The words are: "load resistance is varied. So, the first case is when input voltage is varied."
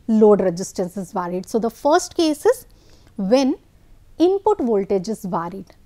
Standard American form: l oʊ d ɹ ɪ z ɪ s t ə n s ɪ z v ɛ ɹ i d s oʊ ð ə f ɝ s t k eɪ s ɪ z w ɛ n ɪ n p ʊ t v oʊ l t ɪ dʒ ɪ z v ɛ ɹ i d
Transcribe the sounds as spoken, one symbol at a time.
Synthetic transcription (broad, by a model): l oʊ d ɹ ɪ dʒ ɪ s t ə n s ɪ z v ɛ ɹ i d s oʊ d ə f ɝ s t k eɪ s ɪ z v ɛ n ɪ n p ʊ t v oʊ l t ɪ dʒ ɪ z v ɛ ɹ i d